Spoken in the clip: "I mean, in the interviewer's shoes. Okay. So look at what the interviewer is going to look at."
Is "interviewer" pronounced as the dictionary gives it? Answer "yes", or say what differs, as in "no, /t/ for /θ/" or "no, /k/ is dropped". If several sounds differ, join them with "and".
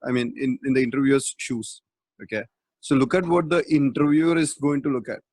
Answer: yes